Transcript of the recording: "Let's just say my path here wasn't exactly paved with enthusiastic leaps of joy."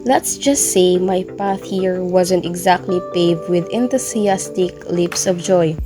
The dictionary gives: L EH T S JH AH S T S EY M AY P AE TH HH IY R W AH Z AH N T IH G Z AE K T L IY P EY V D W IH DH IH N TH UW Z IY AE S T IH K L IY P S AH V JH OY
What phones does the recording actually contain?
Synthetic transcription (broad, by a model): L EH T S JH AH S T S EY M AY P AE TH HH IY R W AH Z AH N T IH G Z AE K T L IY P EY V D W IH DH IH N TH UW S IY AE S T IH K L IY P S AH V JH OY